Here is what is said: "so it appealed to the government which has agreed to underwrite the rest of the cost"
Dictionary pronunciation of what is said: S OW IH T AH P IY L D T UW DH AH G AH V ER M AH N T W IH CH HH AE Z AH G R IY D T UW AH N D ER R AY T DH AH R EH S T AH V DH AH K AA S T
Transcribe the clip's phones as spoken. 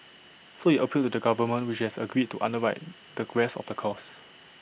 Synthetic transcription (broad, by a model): S OW IH T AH P IY L T UW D AH G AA V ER M AH N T W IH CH HH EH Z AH G R IY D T UW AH N D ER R AY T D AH R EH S AH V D AH K AA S